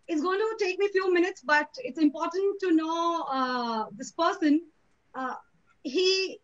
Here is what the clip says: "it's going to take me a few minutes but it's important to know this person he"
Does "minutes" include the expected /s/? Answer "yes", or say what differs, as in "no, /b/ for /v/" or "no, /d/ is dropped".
yes